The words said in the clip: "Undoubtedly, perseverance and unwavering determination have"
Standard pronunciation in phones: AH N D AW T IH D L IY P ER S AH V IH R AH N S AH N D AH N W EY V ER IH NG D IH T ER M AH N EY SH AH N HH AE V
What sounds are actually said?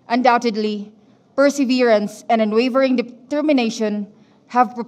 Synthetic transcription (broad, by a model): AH N D AW T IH D L IY P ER S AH V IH R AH N S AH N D AH N W EY V ER IH NG D IH T ER M AH N EY SH AH N HH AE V